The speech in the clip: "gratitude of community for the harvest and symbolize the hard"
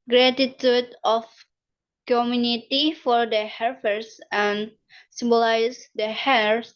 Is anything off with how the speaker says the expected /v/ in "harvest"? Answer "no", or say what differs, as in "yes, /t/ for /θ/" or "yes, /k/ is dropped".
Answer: yes, /f/ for /v/